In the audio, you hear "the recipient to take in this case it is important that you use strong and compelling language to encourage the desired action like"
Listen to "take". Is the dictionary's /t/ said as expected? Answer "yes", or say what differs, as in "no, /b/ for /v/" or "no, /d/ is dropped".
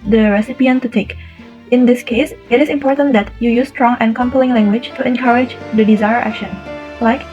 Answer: yes